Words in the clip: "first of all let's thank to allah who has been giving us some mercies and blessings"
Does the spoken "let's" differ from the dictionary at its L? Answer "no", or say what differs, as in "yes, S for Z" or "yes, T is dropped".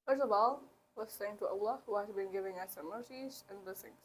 yes, W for L